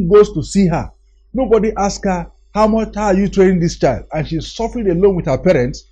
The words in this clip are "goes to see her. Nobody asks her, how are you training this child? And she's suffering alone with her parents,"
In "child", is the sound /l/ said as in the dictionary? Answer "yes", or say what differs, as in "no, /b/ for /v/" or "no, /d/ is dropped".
yes